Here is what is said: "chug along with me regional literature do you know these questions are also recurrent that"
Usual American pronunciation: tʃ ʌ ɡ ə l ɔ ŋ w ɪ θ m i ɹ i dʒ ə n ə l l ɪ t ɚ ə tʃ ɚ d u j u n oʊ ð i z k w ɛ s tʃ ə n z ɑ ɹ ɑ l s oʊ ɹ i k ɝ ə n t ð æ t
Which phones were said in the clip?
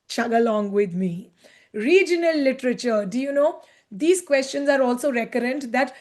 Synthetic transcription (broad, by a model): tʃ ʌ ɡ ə l ɔ ŋ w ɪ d m i ɹ i dʒ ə n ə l l ɪ t ɚ ə tʃ ɚ d u j u n oʊ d i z k w ɛ s tʃ ə n z ɑ ɹ ɑ l s oʊ ɹ i k ɝ ə n t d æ t